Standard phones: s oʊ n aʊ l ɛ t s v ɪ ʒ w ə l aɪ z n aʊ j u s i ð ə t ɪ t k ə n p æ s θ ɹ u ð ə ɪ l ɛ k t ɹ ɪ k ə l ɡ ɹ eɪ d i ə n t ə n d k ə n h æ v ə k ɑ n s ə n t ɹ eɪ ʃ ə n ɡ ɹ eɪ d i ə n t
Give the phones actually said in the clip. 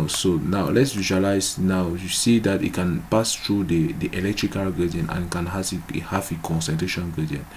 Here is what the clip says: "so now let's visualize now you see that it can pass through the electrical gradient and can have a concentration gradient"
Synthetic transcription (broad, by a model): s oʊ n aʊ l ɛ t s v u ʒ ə l aɪ s n aʊ j u s i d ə t ɪ t k ə n p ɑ s t ɹ u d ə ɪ l ɛ k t ɹ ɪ k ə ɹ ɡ ɑ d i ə n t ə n k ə n h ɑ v ə k ɑ n s ə n t ɹ eɪ ʃ ə n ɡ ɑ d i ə n